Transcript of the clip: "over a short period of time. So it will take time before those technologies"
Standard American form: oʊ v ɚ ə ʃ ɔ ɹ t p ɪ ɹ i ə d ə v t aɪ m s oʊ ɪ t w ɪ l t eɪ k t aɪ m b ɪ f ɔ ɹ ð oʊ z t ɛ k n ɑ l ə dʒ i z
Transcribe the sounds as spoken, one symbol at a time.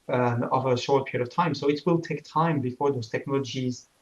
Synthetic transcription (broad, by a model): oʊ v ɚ ə ʃ ɔ ɹ t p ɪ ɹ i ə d ə v t aɪ m s oʊ ɪ t w ɪ l t eɪ k t aɪ m b ɪ f ɔ ɹ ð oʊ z t ɛ k n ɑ l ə dʒ i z